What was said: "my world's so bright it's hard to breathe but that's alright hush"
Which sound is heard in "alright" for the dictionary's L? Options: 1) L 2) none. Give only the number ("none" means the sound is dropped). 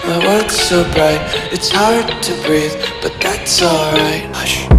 1